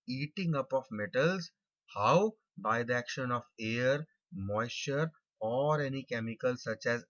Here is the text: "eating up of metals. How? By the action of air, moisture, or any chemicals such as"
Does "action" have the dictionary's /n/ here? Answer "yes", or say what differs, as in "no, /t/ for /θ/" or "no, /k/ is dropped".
yes